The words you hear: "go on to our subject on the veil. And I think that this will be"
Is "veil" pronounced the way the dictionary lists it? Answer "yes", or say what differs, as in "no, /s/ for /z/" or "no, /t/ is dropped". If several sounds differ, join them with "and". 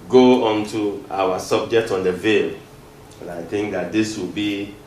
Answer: yes